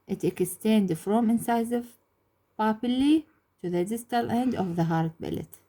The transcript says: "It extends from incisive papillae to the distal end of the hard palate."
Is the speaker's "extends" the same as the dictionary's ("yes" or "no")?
no